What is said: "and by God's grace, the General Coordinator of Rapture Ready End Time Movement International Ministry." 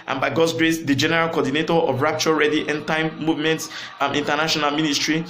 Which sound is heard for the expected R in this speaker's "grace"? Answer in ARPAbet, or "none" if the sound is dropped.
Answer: R